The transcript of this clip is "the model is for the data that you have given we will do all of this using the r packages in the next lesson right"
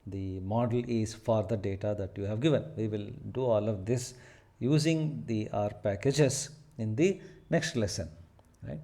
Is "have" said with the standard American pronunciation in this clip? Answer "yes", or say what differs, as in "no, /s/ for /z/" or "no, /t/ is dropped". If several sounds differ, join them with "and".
yes